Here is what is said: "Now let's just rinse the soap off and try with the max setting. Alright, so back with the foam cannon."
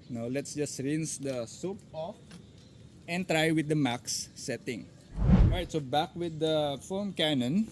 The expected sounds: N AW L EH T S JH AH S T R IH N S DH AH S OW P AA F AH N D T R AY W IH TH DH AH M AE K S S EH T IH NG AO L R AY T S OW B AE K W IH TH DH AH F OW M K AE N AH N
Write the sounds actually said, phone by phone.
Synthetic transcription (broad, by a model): N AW L EH T S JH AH S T R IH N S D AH S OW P AA F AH N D T R AY W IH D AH M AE K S S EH T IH NG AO R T S OW B AE K W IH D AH F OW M K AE N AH N